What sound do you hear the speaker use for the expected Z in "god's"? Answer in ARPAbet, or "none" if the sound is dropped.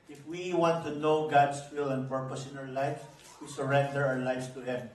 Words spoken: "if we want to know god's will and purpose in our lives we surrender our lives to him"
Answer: S